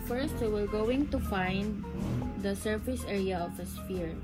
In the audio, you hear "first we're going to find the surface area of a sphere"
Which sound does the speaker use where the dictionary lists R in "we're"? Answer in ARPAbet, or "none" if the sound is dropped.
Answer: R